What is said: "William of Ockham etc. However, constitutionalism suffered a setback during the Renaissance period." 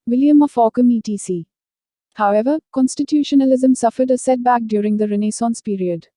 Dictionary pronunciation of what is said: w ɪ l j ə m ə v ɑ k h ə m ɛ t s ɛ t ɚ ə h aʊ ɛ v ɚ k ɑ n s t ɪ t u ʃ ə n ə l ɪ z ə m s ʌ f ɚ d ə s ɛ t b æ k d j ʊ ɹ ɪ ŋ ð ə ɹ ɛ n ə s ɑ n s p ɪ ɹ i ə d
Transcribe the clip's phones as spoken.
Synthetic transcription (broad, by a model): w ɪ l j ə m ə f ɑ k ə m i t i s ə h aʊ ɛ v ɚ k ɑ n s t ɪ t u ʃ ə n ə l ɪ z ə m s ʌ f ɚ d ə s ɛ t b æ k d j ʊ ɹ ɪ ŋ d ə ɹ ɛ n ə s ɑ n s p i ɹ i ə d